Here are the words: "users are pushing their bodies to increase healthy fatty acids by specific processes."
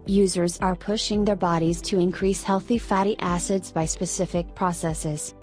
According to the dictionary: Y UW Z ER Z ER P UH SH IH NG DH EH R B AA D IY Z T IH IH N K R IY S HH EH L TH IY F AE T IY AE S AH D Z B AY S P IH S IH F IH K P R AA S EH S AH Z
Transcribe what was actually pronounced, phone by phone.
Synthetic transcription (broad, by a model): Y UW Z ER Z ER P UH SH IH NG DH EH R B AA D IY Z T IH IH N K R IY S HH EH L TH IY F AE T IY AE S AH D Z B AY S P IH S IH F IH K P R AA S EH S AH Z